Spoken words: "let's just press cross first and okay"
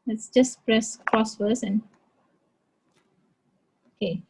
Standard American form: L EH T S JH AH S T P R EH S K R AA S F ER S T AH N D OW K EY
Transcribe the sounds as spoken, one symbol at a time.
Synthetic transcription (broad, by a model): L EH T S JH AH S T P R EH S K R AA S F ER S AH N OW K EY